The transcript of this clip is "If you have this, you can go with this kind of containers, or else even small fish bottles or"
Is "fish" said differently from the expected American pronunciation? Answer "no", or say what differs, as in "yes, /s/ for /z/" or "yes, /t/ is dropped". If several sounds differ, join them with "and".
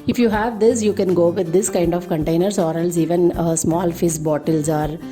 yes, /s/ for /ʃ/